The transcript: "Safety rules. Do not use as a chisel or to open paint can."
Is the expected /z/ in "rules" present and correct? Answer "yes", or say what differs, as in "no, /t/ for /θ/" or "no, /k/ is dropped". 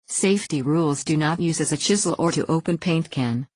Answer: yes